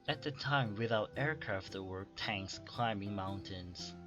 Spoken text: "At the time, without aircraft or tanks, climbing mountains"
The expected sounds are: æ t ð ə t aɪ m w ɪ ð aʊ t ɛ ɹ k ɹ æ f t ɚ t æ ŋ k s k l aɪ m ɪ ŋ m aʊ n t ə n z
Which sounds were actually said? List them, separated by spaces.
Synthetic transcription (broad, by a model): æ t ð ə t aɪ m w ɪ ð aʊ t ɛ ɹ k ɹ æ f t ɚ t æ ŋ k s k l aɪ m ɪ ŋ m aʊ n t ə n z